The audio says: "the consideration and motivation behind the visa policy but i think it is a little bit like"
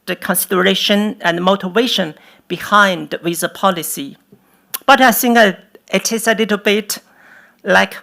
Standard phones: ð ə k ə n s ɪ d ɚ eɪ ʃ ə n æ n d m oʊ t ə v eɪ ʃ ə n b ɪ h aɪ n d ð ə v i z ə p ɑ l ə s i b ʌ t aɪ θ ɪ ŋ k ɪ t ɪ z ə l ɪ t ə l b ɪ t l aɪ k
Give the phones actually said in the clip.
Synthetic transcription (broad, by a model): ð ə k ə n s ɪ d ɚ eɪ ʃ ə n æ n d m oʊ t ə v eɪ ʃ ə n b ɪ h aɪ n d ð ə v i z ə p ɑ l ə s i b ʌ t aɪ s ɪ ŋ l ɪ t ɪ s ə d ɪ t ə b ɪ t l aɪ k